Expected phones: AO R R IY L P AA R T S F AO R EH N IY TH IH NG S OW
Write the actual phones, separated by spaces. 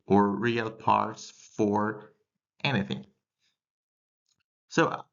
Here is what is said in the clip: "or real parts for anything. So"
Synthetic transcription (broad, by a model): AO R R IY L P AA R T S F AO R EH N IY TH IH NG S OW